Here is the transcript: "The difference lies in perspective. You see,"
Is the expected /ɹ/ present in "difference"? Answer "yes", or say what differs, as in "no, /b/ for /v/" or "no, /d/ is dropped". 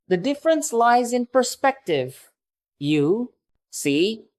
yes